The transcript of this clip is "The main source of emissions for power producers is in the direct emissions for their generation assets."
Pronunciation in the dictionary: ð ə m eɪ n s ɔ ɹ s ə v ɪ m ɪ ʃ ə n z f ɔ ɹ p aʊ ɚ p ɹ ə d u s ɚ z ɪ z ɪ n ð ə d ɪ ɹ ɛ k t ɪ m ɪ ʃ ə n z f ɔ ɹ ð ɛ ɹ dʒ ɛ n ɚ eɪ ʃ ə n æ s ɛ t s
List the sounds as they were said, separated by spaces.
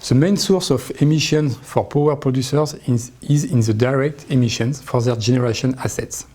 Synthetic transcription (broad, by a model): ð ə m eɪ n s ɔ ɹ s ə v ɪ m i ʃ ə n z f ɔ ɹ p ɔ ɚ p ɹ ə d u s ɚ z ɪ z ɪ n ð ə d ɪ ɹ ɛ k t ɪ m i ʃ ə n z f ɔ ɹ ð ɛ ɹ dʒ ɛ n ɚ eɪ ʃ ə n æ s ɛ t s